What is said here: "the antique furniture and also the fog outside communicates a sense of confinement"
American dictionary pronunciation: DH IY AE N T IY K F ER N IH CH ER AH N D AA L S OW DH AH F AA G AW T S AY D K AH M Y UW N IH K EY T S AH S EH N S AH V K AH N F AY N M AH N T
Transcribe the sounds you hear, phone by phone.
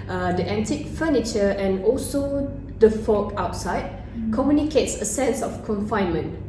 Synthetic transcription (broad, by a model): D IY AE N T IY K F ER N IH CH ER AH N AA L S OW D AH F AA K AW T S AY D K AH M Y UW N IH K EY T S AH S EH N S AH F K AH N F AY N M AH N